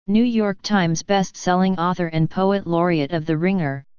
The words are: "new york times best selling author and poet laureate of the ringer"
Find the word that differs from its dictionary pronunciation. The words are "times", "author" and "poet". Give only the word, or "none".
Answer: none